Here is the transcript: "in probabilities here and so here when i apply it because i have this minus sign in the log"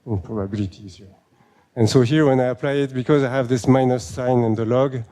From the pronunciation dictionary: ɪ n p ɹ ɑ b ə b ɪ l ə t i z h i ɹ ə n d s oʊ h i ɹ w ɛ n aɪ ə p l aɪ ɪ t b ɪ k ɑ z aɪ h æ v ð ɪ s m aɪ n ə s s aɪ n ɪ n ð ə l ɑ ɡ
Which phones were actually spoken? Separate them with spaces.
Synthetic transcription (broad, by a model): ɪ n p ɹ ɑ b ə b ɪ l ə t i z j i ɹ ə n s oʊ h i ɹ w ɛ n aɪ ə p l aɪ ɪ t b ɪ k ɑ z aɪ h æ v ð ɪ s m aɪ n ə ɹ s aɪ n ɪ n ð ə l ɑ ɡ